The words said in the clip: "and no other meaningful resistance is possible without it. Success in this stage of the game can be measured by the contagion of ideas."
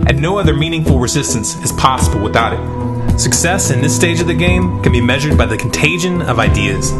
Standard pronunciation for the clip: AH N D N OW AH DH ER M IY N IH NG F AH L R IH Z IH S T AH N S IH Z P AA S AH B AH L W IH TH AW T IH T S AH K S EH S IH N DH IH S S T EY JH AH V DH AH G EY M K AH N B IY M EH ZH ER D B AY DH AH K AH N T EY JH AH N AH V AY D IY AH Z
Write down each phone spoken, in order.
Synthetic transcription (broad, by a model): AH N N OW AH DH ER M IY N IH NG F L R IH Z IH S T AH N S IH Z P AA S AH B L W IH TH AW T IH T S AH K S EH S IH N DH IH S S T EY JH AH V DH AH G EY M K N B IY M EH ZH ER D B AY DH AH K N T EY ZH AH N AH V AY D IY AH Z